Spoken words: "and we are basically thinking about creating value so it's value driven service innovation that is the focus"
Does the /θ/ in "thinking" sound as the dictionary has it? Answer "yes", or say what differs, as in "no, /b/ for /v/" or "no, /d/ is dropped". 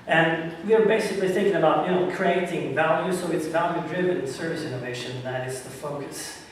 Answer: yes